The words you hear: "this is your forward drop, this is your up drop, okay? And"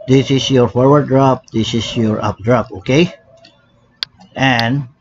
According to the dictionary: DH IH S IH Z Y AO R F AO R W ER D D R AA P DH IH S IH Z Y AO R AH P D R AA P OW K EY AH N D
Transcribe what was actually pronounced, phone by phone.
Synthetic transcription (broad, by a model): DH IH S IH S Y AO R F AO R W ER D D R AA P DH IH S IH S Y AO R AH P D R AA P OW K EY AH N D